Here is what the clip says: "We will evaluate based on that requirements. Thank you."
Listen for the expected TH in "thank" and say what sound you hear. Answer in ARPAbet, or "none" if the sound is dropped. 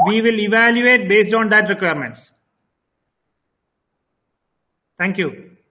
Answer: T